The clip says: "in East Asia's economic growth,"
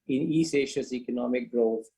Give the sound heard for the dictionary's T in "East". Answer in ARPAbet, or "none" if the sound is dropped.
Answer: none